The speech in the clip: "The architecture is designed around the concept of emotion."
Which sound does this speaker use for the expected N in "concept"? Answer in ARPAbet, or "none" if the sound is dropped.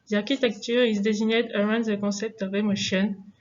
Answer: none